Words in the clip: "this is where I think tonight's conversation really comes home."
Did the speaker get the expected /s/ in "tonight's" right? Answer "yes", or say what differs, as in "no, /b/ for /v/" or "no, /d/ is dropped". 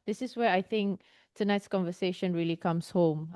yes